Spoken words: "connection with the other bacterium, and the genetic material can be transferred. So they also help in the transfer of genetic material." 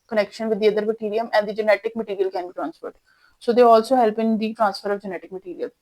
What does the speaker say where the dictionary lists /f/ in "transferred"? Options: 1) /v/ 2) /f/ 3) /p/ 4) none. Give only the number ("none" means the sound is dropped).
3